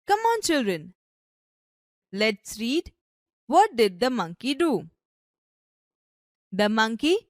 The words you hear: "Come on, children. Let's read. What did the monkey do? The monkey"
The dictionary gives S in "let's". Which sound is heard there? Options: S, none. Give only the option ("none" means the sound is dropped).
S